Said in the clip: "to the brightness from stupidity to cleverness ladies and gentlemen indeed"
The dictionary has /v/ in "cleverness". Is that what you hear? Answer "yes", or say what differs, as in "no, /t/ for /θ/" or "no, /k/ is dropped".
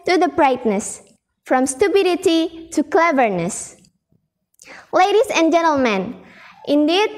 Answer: yes